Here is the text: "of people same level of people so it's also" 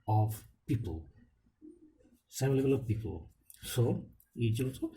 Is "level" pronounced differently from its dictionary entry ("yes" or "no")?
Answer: yes